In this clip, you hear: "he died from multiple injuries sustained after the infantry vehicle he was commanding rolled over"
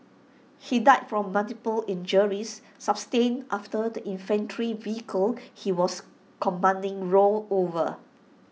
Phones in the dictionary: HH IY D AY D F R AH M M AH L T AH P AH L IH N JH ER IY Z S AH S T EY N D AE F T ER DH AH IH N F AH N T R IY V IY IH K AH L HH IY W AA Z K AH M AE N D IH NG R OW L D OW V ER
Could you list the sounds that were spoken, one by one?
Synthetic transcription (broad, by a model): HH IY D AY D F R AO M M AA L T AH P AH L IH N JH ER IY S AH S T EY N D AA F T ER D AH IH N F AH N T R IY V IY IH K AH L HH IY W AA S K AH M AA N D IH NG R OW L OW V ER